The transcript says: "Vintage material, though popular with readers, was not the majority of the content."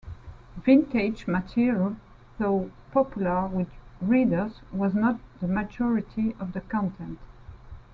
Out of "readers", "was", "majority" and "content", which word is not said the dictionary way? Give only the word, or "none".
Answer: none